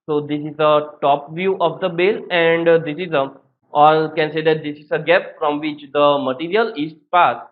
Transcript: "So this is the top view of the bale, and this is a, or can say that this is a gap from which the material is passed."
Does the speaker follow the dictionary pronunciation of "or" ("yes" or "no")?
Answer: no